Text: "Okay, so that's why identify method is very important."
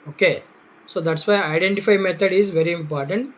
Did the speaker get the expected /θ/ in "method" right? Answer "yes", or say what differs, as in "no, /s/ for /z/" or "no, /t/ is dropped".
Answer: no, /t/ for /θ/